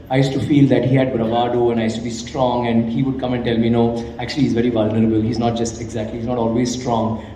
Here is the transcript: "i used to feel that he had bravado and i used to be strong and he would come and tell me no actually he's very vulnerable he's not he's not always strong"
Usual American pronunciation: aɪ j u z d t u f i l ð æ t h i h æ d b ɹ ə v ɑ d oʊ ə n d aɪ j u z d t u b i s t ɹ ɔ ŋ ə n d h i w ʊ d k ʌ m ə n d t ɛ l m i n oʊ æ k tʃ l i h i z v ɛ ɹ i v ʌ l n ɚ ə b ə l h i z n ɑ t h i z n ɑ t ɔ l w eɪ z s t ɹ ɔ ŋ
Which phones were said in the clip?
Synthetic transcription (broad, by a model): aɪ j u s t u f i l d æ t h i h æ d b ɹ ə v ɑ d oʊ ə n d aɪ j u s t u b i s t ɹ ɔ ŋ ə n d h i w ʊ d k ʌ m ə n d t ɛ l m i n oʊ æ k tʃ i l i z v ɛ ɹ i v ʌ l n ɚ ə b ə l h i z n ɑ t h i z n ɑ t ɔ l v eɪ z s t ɹ ɔ ŋ